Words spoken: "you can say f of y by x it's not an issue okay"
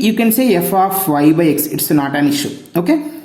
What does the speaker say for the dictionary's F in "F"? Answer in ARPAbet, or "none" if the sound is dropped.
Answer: F